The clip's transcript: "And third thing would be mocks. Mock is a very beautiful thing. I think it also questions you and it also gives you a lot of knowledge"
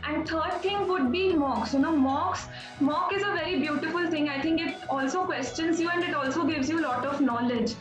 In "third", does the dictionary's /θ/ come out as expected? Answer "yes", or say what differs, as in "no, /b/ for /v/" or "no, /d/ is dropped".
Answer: no, /t/ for /θ/